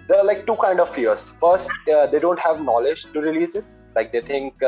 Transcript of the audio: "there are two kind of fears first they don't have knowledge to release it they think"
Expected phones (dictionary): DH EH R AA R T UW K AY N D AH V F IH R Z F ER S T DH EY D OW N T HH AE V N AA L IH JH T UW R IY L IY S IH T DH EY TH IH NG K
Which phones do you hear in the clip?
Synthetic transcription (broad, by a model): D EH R AA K T UW K AY N D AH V F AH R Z F ER S T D EY D OW N T HH AE V N AA L IH JH T UW R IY L IY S IH T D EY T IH NG K